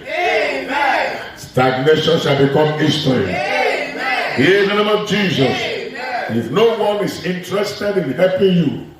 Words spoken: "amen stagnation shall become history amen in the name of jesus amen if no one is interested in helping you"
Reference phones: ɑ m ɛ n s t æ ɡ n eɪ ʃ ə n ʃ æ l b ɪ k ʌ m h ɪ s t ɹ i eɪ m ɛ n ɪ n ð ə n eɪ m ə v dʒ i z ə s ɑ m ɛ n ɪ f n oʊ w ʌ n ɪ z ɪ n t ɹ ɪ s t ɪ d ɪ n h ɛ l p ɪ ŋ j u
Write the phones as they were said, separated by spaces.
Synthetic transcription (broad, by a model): s t æ ɡ n eɪ ʃ ə n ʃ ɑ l b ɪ k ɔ m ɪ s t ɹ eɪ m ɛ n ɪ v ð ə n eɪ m ə v dʒ i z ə s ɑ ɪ f n oʊ w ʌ n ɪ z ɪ n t ɹ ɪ s t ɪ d ɪ n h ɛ p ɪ j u